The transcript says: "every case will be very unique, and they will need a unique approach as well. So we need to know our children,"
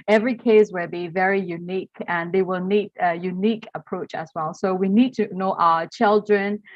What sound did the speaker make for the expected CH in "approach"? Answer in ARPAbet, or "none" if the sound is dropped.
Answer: CH